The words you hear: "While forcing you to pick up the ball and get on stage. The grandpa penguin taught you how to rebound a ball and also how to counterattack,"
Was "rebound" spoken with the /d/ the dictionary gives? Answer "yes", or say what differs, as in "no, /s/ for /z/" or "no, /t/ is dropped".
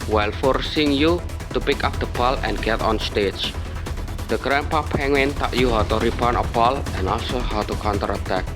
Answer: no, /d/ is dropped